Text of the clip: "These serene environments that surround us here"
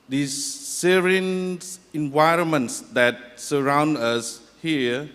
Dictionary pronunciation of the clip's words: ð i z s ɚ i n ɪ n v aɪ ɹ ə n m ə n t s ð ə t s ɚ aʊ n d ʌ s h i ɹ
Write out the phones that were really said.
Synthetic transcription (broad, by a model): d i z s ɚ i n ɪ n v aɪ ɹ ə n m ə n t s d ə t s ɚ aʊ n d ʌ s h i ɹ